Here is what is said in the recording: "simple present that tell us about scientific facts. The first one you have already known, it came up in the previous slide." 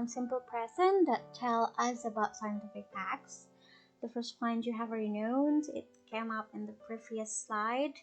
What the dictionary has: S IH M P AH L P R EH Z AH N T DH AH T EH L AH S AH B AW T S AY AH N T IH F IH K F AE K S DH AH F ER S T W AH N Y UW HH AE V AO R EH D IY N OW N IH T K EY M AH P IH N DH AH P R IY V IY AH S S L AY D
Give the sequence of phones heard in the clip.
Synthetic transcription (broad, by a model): S IH M P L P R EH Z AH N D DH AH T EH L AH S AH B AW T S AY AH N T IH F IH K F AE K S DH AH F ER S T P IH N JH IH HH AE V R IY N OW N IH T K EY M AH P IH N DH AH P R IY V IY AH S S L AY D